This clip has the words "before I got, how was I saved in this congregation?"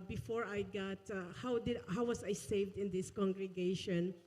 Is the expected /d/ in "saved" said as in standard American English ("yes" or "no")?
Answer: yes